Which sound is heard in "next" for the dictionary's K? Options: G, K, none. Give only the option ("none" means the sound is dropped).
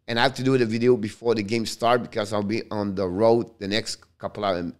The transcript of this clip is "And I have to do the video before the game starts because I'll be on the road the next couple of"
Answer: K